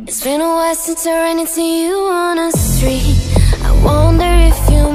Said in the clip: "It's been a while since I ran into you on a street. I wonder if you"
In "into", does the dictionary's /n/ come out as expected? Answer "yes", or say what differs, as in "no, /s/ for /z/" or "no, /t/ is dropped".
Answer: no, /n/ is dropped